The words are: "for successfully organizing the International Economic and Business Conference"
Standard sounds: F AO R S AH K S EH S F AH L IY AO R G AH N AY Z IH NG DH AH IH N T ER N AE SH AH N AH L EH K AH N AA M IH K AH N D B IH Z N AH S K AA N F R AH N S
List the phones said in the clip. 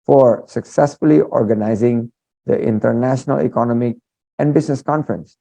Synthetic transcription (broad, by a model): F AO R S AH K S EH S F AH L IY AO R G AH N AY Z IH NG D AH IH N T ER N AE SH AH N AH L EH K AH N AA M IH K AH N D B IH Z N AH S K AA N F R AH N S